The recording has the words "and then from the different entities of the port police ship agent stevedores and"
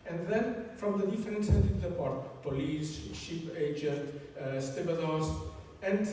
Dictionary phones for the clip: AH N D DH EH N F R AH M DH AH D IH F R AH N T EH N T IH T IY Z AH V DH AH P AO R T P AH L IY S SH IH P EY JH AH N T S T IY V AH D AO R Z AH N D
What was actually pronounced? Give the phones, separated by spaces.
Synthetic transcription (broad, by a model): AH N D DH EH N F R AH M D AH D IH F R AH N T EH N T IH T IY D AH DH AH P AO R T P AH L IY S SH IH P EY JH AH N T S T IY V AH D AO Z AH N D